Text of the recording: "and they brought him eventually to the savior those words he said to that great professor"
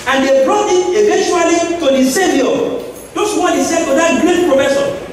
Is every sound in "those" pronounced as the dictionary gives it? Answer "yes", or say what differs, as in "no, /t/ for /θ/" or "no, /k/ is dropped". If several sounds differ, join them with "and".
no, /s/ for /z/